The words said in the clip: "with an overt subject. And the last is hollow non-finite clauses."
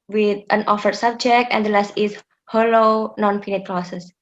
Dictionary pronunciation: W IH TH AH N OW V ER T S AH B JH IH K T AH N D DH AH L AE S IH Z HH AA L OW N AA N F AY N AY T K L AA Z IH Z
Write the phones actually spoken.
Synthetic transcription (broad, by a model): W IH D AH N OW F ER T S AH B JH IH K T AH N D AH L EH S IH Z HH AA L OW N AA N P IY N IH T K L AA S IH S